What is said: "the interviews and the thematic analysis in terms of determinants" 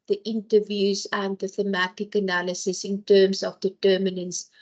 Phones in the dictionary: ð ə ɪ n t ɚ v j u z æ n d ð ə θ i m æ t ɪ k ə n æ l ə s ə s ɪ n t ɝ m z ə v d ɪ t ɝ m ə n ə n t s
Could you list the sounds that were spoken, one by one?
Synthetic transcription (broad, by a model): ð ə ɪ n t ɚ v j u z æ n d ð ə θ i m æ t ɪ k ə n æ l ə s ə s ɪ n t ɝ m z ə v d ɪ t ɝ m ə n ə n s